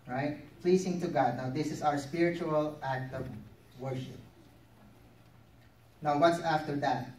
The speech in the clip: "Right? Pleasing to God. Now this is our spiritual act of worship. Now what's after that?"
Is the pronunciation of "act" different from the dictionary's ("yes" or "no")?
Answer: no